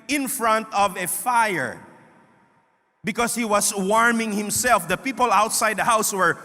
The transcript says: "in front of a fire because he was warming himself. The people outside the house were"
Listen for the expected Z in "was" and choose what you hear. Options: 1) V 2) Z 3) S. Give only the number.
3